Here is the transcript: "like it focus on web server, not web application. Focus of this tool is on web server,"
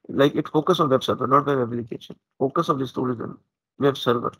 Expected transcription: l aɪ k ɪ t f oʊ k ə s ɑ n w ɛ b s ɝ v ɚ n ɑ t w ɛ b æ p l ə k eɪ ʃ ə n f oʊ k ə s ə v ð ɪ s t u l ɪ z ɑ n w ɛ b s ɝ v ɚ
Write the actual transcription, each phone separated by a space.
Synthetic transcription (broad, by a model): l aɪ k ɪ t f oʊ k ə s ɑ n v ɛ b s ɝ v ɚ n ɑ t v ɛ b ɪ l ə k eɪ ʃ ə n f oʊ k ə s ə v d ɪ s t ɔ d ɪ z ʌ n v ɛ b s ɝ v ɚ